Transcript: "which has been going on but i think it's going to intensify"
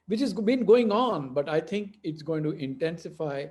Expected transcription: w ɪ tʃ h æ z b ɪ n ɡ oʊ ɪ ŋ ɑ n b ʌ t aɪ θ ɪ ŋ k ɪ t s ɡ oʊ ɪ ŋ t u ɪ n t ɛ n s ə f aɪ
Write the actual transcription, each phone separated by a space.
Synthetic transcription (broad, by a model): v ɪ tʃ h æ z b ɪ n ɡ oʊ ɪ ŋ ɑ n b ʌ t aɪ t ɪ ŋ k ɪ t s ɡ oʊ ɪ ŋ t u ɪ n t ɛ n s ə f aɪ